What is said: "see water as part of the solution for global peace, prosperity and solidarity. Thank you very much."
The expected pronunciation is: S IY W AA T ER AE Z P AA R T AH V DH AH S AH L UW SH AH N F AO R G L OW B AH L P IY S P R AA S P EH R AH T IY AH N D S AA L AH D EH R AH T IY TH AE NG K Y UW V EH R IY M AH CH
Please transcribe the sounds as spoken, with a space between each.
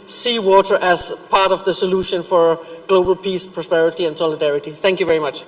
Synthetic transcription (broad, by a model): S IY W AA T ER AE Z P AA R T AH V DH AH S AH L UW SH AH N F AO R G L OW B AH L P IY S P R AA S P EH R AH T IY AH N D S AA L AH D EH R AH T IY TH AE NG K Y UW V EH R IY M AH CH